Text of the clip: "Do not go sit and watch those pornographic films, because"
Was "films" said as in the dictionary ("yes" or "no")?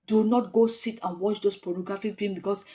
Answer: no